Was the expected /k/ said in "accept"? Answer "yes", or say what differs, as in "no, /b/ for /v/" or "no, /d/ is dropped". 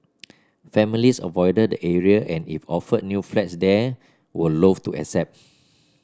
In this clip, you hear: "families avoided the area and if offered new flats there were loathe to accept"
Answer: no, /k/ is dropped